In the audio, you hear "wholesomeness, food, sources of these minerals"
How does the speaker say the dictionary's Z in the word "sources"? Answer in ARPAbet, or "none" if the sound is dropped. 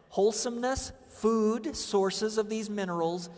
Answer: Z